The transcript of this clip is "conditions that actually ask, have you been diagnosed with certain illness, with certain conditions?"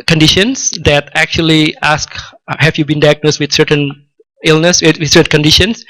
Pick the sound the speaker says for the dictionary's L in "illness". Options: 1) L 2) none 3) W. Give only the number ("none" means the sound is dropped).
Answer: 1